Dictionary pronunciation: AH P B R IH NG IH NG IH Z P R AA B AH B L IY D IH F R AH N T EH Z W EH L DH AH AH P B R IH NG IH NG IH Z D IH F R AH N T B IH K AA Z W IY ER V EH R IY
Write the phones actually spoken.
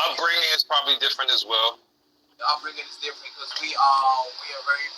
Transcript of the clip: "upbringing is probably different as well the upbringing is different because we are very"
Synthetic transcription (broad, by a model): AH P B R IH NG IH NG IH Z P R AA B AH B L IY D IH F R AH N T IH Z W EH L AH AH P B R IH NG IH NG IH Z D IH F R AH N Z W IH AA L W IY ER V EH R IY